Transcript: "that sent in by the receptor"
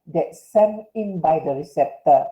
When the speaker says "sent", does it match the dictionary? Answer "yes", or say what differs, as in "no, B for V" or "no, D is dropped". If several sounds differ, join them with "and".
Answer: no, T is dropped